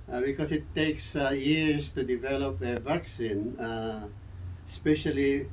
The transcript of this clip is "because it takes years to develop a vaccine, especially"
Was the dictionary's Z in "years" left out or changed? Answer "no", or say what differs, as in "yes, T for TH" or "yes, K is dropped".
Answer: yes, S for Z